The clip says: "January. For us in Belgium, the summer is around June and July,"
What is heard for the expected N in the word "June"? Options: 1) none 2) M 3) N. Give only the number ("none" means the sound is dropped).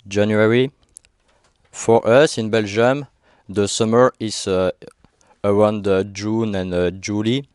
3